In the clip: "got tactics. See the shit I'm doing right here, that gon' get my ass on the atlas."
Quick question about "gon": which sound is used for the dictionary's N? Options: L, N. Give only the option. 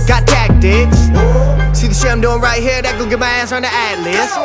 L